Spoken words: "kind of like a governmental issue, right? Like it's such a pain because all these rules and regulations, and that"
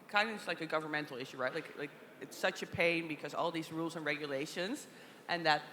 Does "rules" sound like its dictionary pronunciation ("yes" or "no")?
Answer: yes